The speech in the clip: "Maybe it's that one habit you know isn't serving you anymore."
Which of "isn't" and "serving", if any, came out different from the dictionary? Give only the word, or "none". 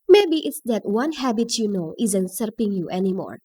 serving